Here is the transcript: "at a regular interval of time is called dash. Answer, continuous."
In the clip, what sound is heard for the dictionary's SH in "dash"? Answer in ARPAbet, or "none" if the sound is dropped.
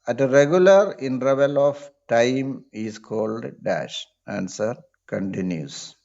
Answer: SH